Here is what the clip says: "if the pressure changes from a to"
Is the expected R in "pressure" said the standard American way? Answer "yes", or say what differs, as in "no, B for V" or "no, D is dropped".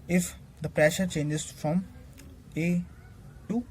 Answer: yes